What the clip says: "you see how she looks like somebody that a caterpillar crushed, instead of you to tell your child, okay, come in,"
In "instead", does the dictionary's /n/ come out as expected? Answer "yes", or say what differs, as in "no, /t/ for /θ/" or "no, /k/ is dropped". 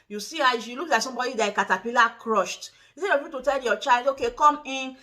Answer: no, /n/ is dropped